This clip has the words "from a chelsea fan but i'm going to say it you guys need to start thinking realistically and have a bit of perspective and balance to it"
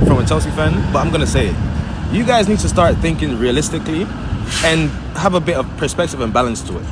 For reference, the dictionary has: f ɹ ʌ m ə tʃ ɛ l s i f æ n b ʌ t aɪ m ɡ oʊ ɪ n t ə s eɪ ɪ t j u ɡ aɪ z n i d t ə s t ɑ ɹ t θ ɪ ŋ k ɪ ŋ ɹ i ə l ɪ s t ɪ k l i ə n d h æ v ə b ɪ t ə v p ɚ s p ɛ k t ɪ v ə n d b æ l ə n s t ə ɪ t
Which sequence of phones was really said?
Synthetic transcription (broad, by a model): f ɹ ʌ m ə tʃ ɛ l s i f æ n b ʌ t aɪ m ɡ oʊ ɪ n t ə s eɪ ɪ t j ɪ ɡ aɪ z n i d t ə s t ɑ ɹ t θ ɪ ŋ k ɪ ŋ ɹ i ə l ɪ s t ɪ k l i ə n h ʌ v ə b ɪ t ə v p ɚ s p ɛ k t ɪ v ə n b æ l ə n s t ə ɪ t